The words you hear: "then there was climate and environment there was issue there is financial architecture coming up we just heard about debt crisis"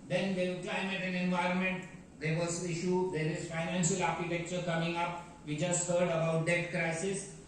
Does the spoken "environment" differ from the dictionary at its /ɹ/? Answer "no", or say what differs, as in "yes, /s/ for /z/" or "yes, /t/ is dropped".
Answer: no